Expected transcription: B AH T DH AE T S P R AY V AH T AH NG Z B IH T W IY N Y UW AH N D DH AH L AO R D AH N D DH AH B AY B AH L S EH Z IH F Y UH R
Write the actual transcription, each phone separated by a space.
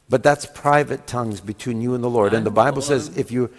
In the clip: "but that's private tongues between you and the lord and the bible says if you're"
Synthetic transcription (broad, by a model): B AH T DH AE T S P R AY V AH T AH NG Z B IH T W IY N Y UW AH N DH AH L AO R D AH N DH AH B AY B L S EH Z IH F Y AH R